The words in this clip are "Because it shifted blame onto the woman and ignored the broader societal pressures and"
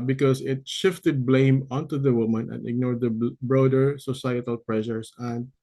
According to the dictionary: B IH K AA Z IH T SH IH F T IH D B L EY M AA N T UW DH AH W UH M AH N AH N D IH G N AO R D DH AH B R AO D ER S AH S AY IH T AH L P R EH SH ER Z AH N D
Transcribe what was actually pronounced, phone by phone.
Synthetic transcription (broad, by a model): B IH K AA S IH T SH IH F T IH D B L EY M AA N T UW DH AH W UH M AH N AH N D IH G N AO R D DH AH B R AO D ER S AH S AY IH T AH L P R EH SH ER S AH N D